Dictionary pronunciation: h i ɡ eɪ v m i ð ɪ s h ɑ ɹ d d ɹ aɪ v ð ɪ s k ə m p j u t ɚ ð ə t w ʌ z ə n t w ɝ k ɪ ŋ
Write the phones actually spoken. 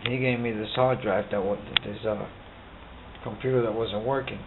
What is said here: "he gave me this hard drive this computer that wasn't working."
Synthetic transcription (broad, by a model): h i ɡ eɪ v m i ð ɪ s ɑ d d ɹ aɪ w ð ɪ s k ə m p j u t ɚ ð ə t w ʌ z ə n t w ɝ k ɪ ŋ